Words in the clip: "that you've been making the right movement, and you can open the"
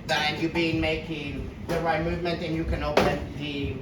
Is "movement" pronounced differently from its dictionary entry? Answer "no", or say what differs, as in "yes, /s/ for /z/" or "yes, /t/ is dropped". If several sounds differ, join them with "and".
no